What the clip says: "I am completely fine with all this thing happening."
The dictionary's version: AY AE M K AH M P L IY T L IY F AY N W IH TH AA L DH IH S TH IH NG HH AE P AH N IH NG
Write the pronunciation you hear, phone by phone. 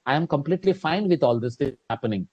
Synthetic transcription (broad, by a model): AY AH M K AH M P L IY T L IY F AY N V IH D AA L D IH S T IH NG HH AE P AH N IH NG